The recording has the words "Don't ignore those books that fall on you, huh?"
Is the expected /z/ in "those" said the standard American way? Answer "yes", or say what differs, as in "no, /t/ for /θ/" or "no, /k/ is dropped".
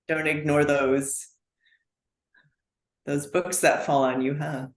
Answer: yes